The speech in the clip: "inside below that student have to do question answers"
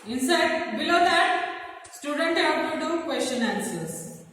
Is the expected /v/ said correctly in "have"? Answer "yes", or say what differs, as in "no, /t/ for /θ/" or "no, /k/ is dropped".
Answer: no, /p/ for /v/